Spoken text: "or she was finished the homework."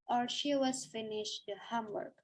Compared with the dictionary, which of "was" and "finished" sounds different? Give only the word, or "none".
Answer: none